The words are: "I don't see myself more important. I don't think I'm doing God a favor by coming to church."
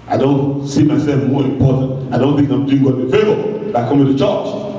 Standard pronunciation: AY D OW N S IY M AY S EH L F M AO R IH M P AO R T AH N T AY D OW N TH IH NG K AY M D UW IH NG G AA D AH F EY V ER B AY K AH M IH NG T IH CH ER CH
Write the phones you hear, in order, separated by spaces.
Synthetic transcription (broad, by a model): AY D OW N S IY M AY S EH L F M AO R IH M P AO R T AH N T AY D OW N TH IH NG K AY M D UW IH NG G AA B AH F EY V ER B AY K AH M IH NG T IH CH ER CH